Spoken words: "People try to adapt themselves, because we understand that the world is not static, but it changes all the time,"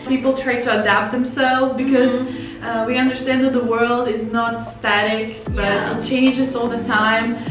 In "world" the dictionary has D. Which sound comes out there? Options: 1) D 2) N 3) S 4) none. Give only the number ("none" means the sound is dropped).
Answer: 1